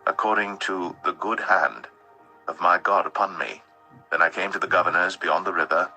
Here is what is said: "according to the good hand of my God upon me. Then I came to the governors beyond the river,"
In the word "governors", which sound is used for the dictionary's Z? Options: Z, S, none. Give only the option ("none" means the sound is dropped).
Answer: Z